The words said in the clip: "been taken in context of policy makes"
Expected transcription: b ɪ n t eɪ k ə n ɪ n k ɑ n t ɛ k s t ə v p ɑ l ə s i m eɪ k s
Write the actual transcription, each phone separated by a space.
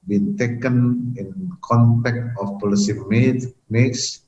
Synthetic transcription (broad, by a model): b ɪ n t eɪ k ə n ɪ n k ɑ n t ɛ k t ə f p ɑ l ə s i m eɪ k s